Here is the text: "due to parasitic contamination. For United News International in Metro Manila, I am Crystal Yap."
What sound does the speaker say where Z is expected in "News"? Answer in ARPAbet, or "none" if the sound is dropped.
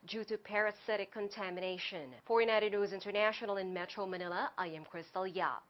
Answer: Z